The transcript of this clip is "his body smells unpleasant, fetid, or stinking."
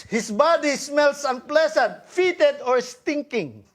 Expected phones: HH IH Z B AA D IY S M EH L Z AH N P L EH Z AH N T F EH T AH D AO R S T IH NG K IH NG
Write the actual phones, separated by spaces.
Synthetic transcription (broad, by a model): HH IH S B AA D IY S M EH L S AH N P L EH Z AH N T F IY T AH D AO R S T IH NG K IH NG